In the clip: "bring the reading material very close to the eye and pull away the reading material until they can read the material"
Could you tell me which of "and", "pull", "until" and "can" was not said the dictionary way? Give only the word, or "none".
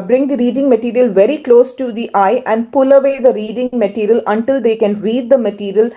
none